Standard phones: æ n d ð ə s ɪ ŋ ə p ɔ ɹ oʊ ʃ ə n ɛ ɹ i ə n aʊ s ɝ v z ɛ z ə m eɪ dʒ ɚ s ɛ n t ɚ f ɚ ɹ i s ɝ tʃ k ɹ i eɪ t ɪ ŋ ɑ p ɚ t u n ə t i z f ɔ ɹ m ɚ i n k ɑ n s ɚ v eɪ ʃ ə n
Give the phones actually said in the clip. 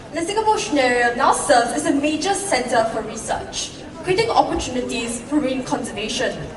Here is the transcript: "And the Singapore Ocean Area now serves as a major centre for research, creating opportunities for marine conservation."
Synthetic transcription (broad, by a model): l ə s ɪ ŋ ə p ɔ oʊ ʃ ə n ɛ ɹ i ə n aʊ s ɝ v ɛ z ə m eɪ dʒ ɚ s ɛ n t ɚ f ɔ ɹ i s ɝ tʃ k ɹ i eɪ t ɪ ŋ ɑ p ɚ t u n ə t i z f ɔ ɹ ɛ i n k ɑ n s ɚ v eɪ ʃ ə n